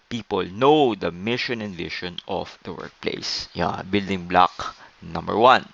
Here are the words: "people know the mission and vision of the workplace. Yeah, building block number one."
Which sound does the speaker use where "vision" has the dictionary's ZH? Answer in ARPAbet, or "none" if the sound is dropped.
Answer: SH